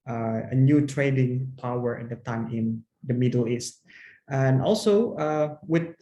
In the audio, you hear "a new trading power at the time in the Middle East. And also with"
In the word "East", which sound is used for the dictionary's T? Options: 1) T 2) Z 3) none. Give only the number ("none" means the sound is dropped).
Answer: 1